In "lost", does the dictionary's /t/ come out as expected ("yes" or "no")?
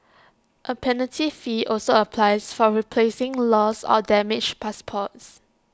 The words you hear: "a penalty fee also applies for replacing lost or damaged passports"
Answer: no